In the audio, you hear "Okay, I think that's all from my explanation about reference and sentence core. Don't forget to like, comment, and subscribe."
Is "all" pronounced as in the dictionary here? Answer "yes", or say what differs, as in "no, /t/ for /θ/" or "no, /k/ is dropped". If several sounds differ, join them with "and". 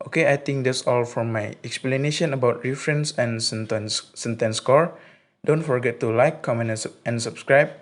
yes